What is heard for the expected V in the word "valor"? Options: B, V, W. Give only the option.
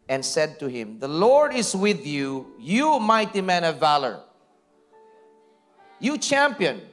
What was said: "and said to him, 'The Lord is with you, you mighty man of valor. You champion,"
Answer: V